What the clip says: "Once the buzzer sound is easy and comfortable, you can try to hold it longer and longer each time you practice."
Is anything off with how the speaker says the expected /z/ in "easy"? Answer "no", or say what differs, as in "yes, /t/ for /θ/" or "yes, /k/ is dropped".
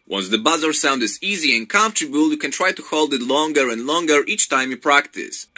no